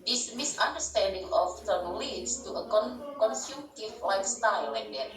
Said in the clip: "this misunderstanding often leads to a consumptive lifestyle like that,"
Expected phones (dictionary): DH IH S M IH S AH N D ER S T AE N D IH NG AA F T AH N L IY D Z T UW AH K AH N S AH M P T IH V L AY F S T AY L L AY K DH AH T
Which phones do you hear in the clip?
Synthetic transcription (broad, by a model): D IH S M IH S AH N D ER S T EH N D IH NG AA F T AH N L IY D S T UW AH K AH N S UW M T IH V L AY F S T AY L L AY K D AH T